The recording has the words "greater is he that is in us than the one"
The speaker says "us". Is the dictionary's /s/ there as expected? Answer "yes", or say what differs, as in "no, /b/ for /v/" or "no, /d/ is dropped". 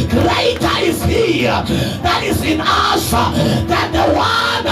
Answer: no, /ʃ/ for /s/